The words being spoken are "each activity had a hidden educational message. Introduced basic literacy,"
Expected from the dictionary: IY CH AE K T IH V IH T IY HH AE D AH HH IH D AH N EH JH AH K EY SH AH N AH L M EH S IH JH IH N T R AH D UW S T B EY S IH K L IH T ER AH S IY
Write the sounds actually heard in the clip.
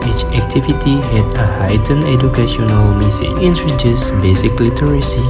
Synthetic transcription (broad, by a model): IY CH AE K T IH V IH T IY HH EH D AH HH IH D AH N EH JH AH K EY SH AH N AH L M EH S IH IH N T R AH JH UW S B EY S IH K L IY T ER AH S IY